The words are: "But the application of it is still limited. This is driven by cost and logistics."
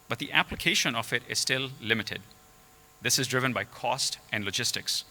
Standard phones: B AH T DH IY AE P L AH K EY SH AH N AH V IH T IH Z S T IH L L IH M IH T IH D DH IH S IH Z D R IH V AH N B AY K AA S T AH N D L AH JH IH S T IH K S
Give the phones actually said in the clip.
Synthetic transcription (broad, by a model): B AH T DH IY AE P L AH K EY SH AH N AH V IH T IH Z S T IH L L IH M IH T IH D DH IH S IH Z D R IH V AH N B AY K AA S T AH N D L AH JH IH S T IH K S